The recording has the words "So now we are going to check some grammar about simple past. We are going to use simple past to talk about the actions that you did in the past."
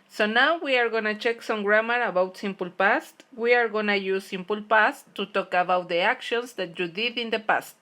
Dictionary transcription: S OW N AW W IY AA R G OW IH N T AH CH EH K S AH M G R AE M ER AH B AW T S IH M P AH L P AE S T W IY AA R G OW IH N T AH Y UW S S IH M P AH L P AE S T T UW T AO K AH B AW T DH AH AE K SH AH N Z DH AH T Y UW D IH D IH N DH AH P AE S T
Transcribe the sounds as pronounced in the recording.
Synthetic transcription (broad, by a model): S OW N AW W IY AA R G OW N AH CH EH K S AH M G R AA M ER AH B AW T S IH M P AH L P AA S T W IY AA R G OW N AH Y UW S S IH M P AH L P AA S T T UW T AO K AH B AW T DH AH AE K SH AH N S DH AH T Y UW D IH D IH N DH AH P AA S T